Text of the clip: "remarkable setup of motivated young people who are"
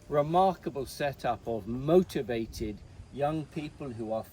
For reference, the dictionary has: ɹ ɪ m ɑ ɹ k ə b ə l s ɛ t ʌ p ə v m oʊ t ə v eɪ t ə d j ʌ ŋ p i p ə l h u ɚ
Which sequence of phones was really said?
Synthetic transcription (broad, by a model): ɹ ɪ m ɑ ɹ k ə b ə l s ɛ t ʌ p ə v m oʊ t ə v eɪ t ə d j ʌ ŋ p i p ə l h u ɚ